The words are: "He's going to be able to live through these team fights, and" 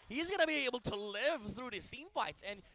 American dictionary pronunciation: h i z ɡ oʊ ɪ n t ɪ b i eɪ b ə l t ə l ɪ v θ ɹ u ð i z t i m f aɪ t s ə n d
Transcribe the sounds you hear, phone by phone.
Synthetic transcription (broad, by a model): h i z ɡ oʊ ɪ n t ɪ b i eɪ b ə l t ə l ɪ v θ ɹ u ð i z s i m f aɪ t s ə n